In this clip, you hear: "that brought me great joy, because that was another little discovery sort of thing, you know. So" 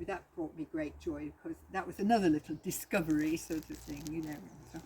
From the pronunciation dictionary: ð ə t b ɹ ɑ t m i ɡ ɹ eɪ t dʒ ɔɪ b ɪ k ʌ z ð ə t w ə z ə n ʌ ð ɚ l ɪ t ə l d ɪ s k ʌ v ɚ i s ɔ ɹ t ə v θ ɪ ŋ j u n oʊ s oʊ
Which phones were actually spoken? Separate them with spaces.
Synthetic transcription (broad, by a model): ð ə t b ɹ ɑ t m i ɡ ɹ eɪ t dʒ ɔɪ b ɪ k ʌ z ð ə t w ə z ə n ʌ ð ɚ l ɪ t l d ɪ s k ʌ v ɚ i s ɔ ɹ t ə v θ ɪ ŋ j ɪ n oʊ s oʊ